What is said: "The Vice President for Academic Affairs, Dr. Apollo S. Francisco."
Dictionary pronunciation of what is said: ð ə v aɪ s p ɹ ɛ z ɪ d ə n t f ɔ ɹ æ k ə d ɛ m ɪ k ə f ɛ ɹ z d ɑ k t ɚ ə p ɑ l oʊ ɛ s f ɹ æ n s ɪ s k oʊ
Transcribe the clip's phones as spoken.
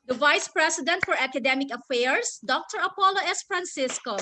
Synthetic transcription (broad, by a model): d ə v aɪ s p ɹ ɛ s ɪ d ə n t f ɔ ɹ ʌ k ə d ɛ m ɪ k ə f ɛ ɹ s d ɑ k t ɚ ə p ɑ l oʊ ɛ s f ɹ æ n s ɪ s k oʊ